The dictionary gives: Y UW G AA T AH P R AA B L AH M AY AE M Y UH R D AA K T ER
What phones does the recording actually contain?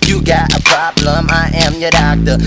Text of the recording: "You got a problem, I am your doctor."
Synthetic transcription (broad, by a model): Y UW G AA T AH P R AA B L AH M AY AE M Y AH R D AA K T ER